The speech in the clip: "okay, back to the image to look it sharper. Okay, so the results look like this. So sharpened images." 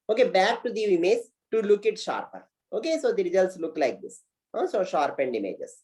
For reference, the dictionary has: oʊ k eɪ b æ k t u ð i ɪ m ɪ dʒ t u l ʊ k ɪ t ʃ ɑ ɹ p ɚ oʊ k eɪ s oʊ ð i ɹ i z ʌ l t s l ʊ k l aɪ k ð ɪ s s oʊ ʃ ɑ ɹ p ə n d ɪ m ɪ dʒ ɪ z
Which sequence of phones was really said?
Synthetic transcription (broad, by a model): oʊ k eɪ b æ k t u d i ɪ m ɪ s t u l ʊ k ɪ t ʃ ɑ ɹ p ɚ oʊ k eɪ s oʊ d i ɹ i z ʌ l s l ʊ k l aɪ k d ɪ s s oʊ ʃ ɑ ɹ p ə n d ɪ m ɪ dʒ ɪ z